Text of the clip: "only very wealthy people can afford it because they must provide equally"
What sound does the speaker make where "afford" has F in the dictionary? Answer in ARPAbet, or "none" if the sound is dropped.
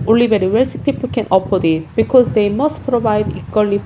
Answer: P